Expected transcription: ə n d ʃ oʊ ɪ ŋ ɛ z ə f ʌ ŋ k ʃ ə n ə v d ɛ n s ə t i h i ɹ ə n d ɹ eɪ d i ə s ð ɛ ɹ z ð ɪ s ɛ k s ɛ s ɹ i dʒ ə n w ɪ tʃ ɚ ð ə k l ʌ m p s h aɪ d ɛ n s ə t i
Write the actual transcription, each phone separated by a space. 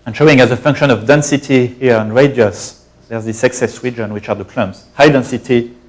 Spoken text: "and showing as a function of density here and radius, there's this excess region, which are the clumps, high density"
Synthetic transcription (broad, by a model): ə n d ʃ oʊ ɪ ŋ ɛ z ə f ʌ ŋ k ʃ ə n ə v d ɛ n s ə t i h i ɹ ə n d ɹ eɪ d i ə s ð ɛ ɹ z ð ɪ s ɛ k s ɛ s w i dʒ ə n w ɪ tʃ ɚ ð ə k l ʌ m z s h aɪ d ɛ n s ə t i